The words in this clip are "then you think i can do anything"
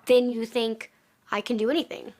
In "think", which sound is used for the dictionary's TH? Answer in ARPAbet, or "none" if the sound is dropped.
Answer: TH